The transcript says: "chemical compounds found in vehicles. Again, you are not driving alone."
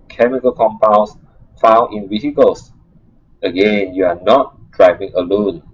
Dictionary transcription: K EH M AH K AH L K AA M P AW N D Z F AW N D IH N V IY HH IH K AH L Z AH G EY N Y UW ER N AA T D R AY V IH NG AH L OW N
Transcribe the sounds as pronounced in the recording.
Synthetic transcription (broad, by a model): K EH M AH K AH L K AA M P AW N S F AW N IH N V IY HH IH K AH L S AH G EY N Y UW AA N AA T D R AY V IH NG AH L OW N